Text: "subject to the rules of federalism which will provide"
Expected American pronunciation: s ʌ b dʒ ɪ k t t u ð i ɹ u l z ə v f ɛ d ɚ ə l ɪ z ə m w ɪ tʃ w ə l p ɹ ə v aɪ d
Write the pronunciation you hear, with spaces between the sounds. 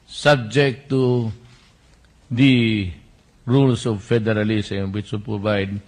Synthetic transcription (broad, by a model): s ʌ b dʒ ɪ k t t u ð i ɹ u l s ə v f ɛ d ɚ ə l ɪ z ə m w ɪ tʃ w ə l p ɹ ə v aɪ d